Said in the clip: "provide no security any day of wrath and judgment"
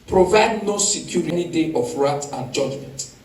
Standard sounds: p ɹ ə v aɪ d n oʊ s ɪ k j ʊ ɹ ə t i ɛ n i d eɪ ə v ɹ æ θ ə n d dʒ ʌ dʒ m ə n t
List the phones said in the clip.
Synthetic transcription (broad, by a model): p ɹ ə v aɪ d n oʊ s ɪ k j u ɹ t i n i d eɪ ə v ɹ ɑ t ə n dʒ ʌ dʒ m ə n t